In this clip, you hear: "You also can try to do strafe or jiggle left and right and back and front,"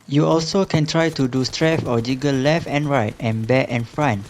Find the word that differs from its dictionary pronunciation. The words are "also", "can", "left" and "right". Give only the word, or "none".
none